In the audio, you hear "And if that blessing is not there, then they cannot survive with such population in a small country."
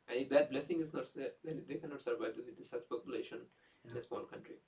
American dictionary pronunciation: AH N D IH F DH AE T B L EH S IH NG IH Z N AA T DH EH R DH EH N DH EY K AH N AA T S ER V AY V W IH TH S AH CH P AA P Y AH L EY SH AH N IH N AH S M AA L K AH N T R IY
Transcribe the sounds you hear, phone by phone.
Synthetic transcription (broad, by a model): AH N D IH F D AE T B L EH S IH NG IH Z N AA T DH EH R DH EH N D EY K AH N AA T S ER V AY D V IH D S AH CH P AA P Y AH L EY SH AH N IH N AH S M AA L K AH N T R IY